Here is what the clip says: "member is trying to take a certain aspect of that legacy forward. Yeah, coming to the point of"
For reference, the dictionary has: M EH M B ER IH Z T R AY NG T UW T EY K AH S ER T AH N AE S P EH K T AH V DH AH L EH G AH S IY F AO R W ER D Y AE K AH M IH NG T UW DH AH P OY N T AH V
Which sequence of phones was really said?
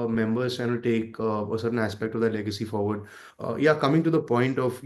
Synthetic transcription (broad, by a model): M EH M B ER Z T AY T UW T EY K AH S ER T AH N AE S P EH K T AH V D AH L EH G AH S IY F AO R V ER D Y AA K AH M IH NG T UW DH AH P OY N T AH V